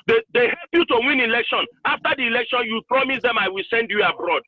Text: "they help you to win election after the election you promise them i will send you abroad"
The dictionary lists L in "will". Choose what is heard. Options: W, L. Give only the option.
L